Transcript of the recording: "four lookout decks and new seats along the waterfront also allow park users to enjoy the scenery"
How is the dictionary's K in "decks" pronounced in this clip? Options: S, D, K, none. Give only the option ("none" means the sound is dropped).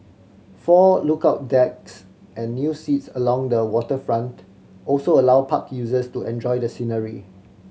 K